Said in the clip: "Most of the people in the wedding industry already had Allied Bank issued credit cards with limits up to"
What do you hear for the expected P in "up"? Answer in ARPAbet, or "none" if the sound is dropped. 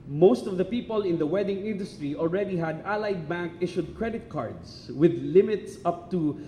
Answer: P